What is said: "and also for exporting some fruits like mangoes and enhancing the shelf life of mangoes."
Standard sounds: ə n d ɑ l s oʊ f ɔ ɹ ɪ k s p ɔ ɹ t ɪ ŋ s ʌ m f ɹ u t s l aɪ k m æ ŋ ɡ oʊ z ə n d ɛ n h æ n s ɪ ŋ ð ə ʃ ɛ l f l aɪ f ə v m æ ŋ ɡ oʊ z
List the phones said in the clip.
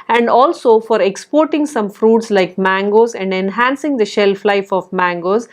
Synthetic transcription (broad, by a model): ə n d ɑ l s oʊ f ɔ ɹ ɪ k s p ɔ ɹ t ɪ ŋ s ʌ m f ɹ u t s l aɪ k m æ ŋ ɡ oʊ z ə n d ɛ n h æ n s ɪ ŋ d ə ʃ ɛ l f l aɪ f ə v m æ ŋ ɡ oʊ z